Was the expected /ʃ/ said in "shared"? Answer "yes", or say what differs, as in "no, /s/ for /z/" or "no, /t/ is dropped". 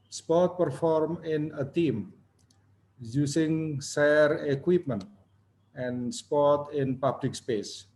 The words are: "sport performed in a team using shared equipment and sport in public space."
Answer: no, /s/ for /ʃ/